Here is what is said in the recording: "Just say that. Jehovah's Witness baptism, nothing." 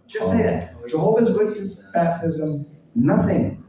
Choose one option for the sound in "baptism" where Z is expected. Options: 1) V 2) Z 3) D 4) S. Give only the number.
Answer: 2